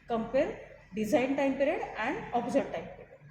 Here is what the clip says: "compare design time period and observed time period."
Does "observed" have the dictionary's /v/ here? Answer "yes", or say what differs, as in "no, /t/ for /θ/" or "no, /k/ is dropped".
no, /v/ is dropped